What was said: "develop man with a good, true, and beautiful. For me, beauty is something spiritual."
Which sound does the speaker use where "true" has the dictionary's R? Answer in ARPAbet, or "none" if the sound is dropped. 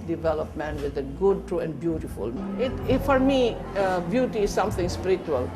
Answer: R